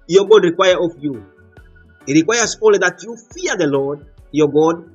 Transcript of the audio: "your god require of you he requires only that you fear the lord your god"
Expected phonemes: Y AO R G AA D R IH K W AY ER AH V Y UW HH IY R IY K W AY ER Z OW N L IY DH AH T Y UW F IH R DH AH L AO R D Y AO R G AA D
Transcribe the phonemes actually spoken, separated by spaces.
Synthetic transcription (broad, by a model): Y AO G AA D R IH K W AY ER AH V Y UW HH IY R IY K W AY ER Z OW L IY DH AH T Y UW F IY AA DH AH L AO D Y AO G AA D